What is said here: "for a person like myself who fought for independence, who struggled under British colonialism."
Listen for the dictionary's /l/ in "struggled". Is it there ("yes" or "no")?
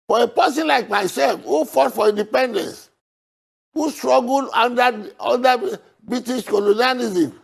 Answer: no